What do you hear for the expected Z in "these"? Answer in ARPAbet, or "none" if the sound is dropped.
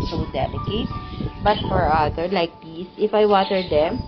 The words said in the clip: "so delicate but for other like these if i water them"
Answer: S